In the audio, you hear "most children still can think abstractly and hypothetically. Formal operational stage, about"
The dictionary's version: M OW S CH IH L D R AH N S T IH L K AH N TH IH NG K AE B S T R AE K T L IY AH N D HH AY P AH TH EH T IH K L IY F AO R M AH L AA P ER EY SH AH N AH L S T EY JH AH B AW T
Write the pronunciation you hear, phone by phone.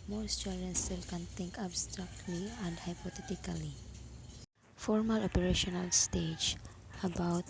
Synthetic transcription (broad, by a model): M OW S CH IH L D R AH N S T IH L K AH N T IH NG K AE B S T R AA K T L IY AH N D HH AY P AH T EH T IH K L IY F AO R M AH L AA P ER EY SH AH N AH L S T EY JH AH B AW T